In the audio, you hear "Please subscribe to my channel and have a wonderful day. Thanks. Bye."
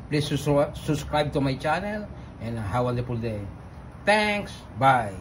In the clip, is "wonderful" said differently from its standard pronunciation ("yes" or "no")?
yes